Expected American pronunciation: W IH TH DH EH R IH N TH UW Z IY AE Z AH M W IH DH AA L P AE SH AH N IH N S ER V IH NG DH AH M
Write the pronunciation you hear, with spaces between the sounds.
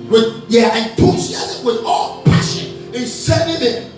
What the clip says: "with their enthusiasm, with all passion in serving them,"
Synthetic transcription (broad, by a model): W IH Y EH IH N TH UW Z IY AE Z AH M W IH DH AA L P AE SH AH N IH N S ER IH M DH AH